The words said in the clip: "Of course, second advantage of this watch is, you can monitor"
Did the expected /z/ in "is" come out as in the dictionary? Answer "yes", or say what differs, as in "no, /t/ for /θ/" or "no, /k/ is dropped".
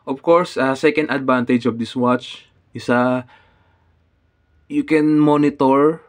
no, /s/ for /z/